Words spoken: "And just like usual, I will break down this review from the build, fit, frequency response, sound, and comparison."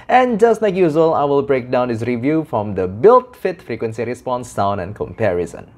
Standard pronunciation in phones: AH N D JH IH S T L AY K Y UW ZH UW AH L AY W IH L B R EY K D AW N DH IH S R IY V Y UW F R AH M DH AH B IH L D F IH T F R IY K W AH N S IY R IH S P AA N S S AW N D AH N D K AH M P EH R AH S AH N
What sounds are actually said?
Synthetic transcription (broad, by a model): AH N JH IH S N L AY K Y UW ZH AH L AY W IH L B R EY K D AW N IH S R IY V Y UW F R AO M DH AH B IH L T F IH T F R IY K W AH N S IY R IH S P AA N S S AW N AH N K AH M P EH R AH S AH N